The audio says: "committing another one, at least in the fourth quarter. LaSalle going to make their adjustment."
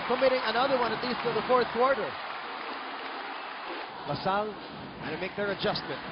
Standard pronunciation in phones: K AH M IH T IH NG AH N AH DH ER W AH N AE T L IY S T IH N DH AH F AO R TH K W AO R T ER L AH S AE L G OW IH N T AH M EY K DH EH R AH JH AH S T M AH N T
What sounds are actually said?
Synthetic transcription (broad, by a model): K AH M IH T IH NG AH N AH DH ER W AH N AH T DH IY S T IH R DH AH F AO R TH K W AO R T ER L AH S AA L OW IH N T M EY K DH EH R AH JH AH S T M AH N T